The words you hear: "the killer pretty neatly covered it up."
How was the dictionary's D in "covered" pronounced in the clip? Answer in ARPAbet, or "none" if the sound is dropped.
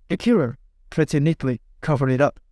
none